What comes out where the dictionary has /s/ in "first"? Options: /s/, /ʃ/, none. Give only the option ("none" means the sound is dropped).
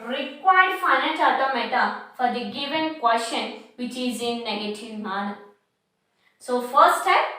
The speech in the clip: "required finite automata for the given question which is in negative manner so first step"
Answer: none